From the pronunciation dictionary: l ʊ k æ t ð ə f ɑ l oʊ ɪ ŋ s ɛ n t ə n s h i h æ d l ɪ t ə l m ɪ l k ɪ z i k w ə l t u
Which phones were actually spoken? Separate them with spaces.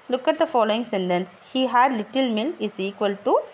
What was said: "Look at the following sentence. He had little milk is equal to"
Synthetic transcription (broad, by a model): l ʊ k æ t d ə f ɑ l oʊ ɪ ŋ s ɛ n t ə n s h i h æ d l ɪ t ə l m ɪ l ɪ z i k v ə l t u